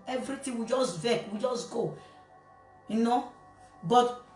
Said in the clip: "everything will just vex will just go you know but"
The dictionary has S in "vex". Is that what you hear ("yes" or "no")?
no